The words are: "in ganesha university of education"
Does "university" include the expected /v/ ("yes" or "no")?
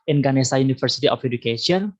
no